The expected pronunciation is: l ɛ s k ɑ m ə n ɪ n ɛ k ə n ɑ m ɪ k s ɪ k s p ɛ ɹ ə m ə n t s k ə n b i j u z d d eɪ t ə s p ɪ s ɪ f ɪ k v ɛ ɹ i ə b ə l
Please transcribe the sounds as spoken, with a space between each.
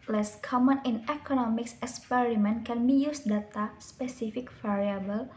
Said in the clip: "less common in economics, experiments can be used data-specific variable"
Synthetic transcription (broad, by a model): l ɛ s k ɑ m ə n ɪ n ɛ k ə n ɑ m ɪ k s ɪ k s p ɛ ɹ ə m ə n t k ə n b i j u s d d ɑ t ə s p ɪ s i f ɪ k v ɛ ɹ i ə b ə l